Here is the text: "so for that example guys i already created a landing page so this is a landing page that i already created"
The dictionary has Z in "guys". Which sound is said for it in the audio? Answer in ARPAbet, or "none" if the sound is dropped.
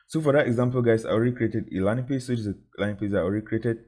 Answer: S